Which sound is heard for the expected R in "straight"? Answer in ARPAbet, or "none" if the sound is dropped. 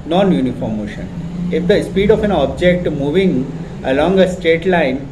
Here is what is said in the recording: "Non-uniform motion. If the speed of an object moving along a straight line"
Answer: none